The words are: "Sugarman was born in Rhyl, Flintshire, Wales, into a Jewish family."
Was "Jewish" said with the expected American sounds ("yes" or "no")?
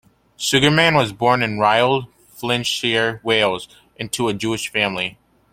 yes